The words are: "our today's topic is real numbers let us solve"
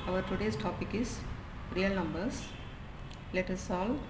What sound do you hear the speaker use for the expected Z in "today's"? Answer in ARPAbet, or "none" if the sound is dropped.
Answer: S